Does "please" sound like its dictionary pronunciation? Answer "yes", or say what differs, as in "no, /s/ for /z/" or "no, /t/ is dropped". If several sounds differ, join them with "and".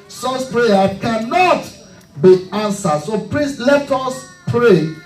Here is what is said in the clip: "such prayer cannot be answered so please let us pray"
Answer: no, /s/ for /z/